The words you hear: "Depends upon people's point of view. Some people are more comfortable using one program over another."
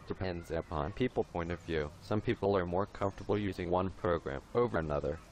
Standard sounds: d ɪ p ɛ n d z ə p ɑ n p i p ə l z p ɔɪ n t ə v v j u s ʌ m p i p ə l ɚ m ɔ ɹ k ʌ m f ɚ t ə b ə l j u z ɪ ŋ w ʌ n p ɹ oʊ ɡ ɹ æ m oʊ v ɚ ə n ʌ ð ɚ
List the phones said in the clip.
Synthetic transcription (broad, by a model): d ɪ p ɛ n d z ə p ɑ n p i p l p ɔɪ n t ə v v j u s ʌ m p i p l ɚ m ɔ ɹ k ʌ m f t ə b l j u z ɪ ŋ w ʌ n p ɹ oʊ ɡ ɹ æ m oʊ v ɚ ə n ʌ ð ɚ